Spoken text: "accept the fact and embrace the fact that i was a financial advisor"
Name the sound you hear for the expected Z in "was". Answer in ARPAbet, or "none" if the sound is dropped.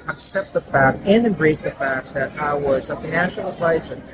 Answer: Z